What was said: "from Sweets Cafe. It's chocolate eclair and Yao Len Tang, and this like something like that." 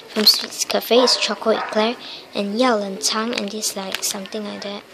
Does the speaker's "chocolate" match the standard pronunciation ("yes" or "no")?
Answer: no